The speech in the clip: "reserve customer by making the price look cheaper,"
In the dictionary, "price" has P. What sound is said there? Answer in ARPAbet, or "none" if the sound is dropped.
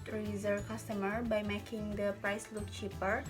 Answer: P